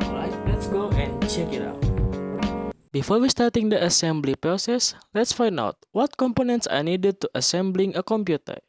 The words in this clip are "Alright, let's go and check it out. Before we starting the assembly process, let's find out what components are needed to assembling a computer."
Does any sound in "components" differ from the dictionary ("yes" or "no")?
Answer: no